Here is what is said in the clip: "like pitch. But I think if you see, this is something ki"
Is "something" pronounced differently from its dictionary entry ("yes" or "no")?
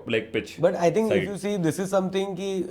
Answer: yes